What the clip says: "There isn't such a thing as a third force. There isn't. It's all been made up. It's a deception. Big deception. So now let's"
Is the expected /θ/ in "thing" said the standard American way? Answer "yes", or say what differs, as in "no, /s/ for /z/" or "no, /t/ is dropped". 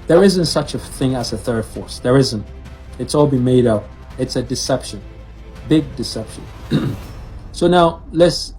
yes